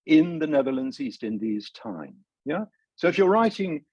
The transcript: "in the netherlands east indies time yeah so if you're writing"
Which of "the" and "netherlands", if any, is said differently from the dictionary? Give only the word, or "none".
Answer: none